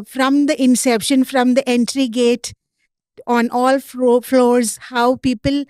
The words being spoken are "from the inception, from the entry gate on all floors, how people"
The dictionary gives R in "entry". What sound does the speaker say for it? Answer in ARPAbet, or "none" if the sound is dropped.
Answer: R